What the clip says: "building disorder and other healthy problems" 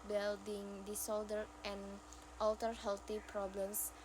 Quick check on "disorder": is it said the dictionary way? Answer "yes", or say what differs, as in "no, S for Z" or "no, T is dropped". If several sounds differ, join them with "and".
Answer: no, L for R